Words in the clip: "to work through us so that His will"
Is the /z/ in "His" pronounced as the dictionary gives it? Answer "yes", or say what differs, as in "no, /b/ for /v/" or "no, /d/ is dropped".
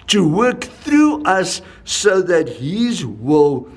yes